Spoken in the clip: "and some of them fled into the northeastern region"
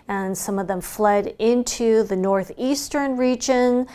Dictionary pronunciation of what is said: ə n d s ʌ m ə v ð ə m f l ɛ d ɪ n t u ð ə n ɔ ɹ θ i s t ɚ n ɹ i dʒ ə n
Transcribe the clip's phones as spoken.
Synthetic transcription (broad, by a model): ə n s ʌ m ə v ð ə m f l ɛ d ɪ n t u ð ə n ɔ ɹ θ i s t ɚ n ɹ i dʒ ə n